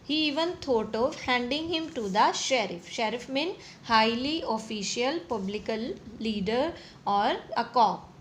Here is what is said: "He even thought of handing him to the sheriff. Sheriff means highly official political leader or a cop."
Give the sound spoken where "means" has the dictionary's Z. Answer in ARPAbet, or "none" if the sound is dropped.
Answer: none